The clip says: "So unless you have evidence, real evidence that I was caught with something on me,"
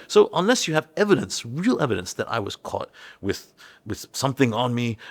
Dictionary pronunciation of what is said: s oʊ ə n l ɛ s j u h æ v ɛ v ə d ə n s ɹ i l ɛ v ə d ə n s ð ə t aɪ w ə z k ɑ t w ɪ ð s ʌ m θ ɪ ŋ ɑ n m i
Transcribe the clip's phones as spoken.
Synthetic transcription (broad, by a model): s oʊ ə n l ɛ s j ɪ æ v ɛ v ə d ə n s ɹ i l ɛ v ə d ə n s ð ə t aɪ w ə z k ɑ t w ɪ ð s ʌ m θ ɪ ŋ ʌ n m i